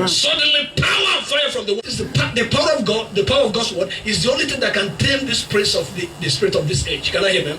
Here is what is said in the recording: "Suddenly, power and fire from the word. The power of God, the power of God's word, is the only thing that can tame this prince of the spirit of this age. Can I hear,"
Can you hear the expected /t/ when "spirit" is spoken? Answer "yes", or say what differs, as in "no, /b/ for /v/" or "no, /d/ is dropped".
yes